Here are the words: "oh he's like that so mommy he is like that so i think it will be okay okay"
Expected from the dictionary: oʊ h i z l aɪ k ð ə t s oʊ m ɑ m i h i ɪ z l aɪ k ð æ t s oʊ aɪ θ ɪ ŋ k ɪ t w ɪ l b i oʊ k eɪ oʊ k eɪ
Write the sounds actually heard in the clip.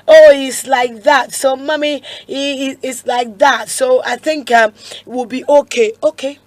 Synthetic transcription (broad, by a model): oʊ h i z l aɪ k ð ə t s oʊ m ɑ m i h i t s l aɪ k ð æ t s oʊ aɪ θ ɪ ŋ k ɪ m w ɪ l b i oʊ k eɪ oʊ k eɪ